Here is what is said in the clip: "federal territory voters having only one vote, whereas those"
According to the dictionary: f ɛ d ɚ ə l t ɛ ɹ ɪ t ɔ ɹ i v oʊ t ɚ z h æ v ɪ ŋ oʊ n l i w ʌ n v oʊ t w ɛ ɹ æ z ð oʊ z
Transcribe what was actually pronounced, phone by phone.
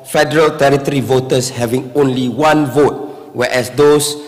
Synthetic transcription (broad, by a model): f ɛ d ɚ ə l t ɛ ɹ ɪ t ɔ ɹ i v oʊ t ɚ s h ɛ v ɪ ŋ oʊ n l i w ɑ n v oʊ t w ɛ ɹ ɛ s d oʊ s